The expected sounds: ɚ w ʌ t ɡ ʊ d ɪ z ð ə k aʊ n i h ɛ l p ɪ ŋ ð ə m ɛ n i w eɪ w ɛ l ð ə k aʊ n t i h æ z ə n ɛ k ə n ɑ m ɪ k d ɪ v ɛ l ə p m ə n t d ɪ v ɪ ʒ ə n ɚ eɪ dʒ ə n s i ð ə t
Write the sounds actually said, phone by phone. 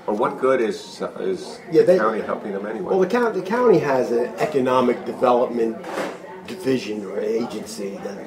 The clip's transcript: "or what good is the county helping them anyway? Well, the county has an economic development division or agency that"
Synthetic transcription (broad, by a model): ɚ w ʌ t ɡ ʊ d ɪ z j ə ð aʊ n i h ɛ l p ɪ ŋ ð ə m ɛ n i w eɪ w ɛ l ð ə k aʊ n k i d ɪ z ə n ɛ k ə n ɑ m ɪ k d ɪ v ɛ l ə p m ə n d ɪ v ɪ ʒ ə n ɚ eɪ dʒ ə n s i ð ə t